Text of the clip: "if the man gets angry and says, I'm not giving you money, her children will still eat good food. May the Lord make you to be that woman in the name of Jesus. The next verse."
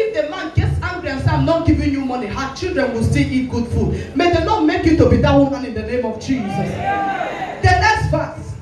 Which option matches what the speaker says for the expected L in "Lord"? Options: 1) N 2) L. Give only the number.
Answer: 1